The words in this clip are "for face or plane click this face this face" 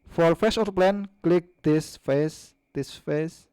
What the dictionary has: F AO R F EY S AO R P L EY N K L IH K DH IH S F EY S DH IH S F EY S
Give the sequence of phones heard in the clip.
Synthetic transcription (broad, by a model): F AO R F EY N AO L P L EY N K L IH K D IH S F EY S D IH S F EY S